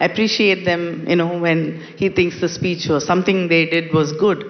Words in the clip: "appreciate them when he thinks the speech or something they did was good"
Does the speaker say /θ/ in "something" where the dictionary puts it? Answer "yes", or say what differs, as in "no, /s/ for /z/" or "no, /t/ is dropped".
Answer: no, /t/ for /θ/